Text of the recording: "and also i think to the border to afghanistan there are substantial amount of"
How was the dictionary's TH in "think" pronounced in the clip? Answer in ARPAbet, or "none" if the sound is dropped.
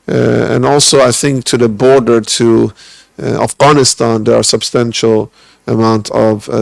TH